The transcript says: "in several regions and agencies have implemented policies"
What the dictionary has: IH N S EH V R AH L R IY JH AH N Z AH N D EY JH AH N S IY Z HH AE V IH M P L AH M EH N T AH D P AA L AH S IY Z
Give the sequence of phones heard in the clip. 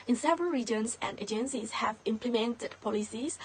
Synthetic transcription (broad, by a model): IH N S EH V R AH L R IY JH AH N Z AH N D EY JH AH N S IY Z HH AE V IH M P L AH M EH N T AH D P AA L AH S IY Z